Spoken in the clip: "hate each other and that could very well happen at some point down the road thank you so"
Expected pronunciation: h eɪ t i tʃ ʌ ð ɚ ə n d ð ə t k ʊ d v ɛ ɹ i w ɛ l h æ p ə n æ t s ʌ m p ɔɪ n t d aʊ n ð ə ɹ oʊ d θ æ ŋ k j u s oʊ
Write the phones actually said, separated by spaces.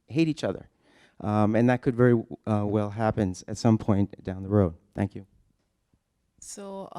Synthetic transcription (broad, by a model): h eɪ t i tʃ ʌ ð ɚ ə n ð ə t k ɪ d v ɛ ɹ i w ɛ l h æ p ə n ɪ t s ʌ m p ɔɪ n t d aʊ n ð ə ɹ oʊ d θ æ ŋ k j u s oʊ